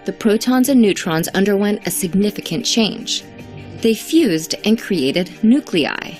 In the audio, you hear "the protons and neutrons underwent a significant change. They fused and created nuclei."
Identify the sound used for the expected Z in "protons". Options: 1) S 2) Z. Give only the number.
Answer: 2